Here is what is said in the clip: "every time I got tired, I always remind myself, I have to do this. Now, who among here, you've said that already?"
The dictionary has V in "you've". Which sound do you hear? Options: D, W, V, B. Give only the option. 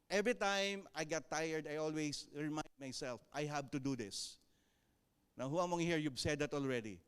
B